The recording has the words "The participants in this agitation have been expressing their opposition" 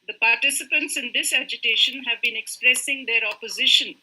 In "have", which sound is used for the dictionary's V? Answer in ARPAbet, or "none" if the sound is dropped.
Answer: V